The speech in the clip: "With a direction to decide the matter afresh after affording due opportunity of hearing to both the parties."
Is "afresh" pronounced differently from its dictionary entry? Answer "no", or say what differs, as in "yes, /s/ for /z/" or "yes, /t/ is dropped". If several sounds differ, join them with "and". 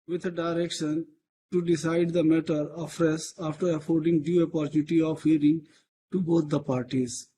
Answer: yes, /s/ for /ʃ/